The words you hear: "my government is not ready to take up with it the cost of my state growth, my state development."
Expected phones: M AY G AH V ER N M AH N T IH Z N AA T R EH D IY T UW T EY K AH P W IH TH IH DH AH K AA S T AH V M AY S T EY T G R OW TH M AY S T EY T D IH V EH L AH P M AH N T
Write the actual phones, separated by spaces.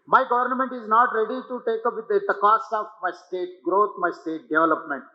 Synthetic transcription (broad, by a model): M AY G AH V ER N M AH N T IH Z N AA T R EH D IY T UW T EY K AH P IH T IH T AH K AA S AH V M AY S T EY T G R OW T M AY S T EY T D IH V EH L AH P M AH N T